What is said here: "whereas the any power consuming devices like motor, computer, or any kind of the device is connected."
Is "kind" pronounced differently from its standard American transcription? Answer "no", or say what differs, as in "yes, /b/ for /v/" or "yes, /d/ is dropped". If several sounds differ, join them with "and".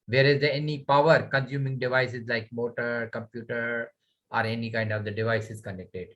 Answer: no